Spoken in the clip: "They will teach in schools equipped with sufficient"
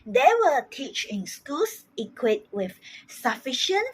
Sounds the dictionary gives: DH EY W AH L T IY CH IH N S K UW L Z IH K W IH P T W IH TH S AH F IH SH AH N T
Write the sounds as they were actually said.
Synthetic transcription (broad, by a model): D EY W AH T IY CH IH N S K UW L S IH K W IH T W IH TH S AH F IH SH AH N